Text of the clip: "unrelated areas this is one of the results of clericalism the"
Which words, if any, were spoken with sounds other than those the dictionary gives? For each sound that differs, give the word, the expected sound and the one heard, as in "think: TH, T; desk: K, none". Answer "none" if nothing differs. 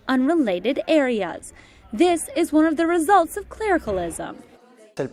none